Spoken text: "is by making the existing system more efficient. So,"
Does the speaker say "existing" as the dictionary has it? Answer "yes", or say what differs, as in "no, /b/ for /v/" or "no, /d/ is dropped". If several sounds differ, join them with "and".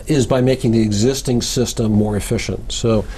yes